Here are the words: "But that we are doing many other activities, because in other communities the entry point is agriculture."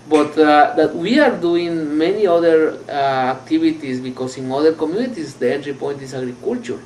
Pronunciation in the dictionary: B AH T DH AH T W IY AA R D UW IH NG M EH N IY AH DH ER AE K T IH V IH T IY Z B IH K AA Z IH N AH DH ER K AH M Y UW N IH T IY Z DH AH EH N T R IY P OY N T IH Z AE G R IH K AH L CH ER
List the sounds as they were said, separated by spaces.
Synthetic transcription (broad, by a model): B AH T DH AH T W IY AA R D UW IH NG M EH N IY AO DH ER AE K T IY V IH T IY S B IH K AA S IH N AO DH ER K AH M Y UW N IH T IY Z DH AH EH N T R IY P OY N T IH S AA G R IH K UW L CH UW